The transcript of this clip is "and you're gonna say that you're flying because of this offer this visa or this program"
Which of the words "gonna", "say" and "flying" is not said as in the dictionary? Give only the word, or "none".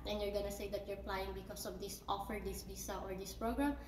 flying